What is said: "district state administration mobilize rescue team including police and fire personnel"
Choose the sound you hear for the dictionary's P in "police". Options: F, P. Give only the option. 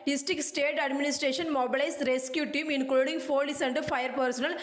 F